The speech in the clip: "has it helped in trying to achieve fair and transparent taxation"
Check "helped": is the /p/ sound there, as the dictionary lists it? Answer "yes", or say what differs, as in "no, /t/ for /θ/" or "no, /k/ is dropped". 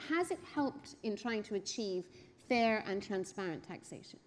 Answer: yes